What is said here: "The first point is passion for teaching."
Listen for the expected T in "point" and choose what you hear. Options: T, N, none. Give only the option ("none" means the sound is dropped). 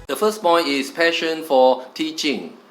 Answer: none